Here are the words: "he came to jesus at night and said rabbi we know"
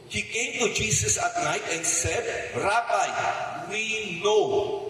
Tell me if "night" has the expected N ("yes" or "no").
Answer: yes